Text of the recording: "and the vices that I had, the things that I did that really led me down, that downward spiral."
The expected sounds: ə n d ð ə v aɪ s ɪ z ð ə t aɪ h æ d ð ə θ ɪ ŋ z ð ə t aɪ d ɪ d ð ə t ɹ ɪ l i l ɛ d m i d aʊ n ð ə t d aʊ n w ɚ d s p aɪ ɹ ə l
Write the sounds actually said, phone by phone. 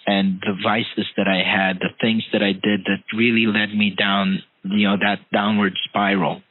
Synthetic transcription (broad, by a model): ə n ð ə v aɪ s ɪ z ð ə t aɪ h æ d ð ə θ ɪ ŋ z ð ə t aɪ d ɪ d ð ə t ɹ ɪ l i l ɛ d m i d aʊ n ð ə t d aʊ n w ɚ d s p aɪ ɹ l